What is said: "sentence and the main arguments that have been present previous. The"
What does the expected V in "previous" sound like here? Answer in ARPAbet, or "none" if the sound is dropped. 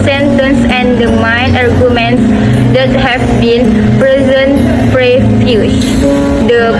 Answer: F